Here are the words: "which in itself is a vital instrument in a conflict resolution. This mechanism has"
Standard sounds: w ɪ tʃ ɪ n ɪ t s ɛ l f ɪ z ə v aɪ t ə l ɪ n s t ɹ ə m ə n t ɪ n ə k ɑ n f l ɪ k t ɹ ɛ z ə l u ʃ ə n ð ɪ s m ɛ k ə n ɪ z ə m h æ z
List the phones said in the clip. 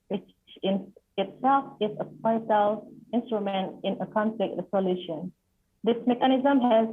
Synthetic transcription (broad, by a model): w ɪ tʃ ɪ n ɪ t s ɛ l f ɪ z ə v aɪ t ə l ɪ n s t ɹ ə m ə n t ɪ n ə k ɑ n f l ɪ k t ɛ s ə l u ʃ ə n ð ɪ s m ɛ k ə n ɪ z ə m h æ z